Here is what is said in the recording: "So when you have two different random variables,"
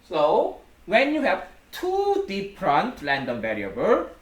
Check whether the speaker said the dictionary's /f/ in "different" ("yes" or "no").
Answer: no